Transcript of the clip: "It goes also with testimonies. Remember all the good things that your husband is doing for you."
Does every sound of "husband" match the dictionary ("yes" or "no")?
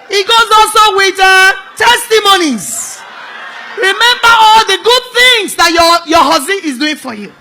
no